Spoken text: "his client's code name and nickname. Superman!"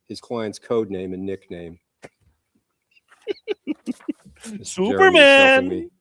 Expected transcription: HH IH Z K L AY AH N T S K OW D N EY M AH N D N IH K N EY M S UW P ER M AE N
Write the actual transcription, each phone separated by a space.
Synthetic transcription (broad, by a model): HH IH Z K L AY AH N T S K OW D N EY M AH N N IH K N EY M S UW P ER M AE N